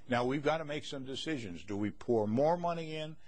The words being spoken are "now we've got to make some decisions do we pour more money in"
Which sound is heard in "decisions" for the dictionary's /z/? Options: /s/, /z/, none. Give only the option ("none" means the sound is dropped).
/z/